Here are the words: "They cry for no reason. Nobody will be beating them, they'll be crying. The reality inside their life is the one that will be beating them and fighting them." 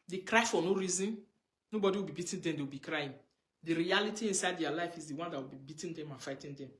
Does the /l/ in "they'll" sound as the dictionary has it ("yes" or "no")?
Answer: no